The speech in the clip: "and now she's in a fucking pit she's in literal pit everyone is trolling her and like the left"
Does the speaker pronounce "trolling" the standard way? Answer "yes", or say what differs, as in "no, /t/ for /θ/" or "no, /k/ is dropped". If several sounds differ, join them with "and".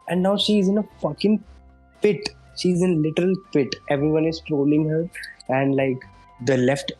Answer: yes